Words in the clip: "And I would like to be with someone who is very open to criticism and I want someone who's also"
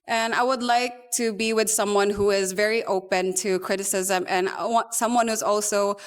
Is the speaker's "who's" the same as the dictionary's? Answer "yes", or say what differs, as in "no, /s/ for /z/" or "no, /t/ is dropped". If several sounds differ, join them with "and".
yes